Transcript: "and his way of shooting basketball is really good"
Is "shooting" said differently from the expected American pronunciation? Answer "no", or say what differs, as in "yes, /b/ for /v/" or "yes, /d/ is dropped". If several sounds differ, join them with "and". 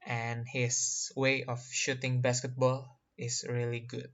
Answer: no